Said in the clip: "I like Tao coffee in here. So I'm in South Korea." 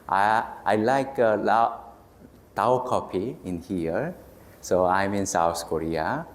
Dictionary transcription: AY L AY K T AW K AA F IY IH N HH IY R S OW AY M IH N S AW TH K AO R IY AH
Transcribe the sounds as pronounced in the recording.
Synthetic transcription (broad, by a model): AY L AY K T AW K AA P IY IH N HH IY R S OW AY M IH N S AW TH K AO R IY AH